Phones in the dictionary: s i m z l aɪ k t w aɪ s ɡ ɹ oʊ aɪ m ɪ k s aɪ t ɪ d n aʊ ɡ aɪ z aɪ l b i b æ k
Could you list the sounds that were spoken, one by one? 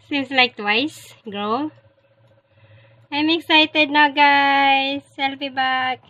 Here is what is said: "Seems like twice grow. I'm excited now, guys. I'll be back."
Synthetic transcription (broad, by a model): s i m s l aɪ k t w aɪ s ɡ ɹ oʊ aɪ m ɪ k s aɪ t ɪ d n aʊ ɡ aɪ s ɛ l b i b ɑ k